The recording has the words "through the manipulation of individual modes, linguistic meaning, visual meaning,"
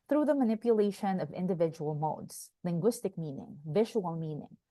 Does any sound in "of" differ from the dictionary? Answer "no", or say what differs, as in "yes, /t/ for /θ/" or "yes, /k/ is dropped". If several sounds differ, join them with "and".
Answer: no